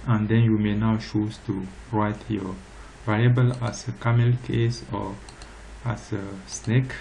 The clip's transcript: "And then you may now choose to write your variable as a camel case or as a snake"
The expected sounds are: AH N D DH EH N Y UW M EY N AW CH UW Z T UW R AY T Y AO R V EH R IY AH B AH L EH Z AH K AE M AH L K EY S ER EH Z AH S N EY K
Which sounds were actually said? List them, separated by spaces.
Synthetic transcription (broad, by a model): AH N D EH N Y UW M EY N AW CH UW S T UW R AY T Y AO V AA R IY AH B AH L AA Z AH K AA M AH L K EY S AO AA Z AH S N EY K